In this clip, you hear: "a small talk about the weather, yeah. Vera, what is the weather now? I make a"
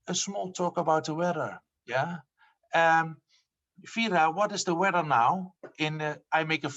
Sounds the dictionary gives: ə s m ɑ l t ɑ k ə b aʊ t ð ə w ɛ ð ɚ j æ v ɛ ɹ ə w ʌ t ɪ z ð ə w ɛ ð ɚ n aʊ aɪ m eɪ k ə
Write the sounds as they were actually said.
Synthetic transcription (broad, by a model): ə s m ɑ l t ɑ k ə b aʊ t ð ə w ɛ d ɚ j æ f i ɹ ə w ʌ t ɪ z ð ə w ɛ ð ɚ n aʊ aɪ m eɪ k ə